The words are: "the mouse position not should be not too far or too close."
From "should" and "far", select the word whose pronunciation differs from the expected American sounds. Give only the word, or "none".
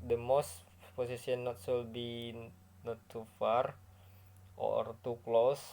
should